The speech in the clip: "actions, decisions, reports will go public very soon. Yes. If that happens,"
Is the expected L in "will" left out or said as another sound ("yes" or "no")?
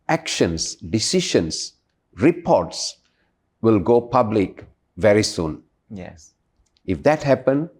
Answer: no